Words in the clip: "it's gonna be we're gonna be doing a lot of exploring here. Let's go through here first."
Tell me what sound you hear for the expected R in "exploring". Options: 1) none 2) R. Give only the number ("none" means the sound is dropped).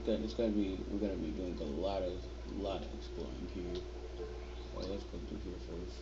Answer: 1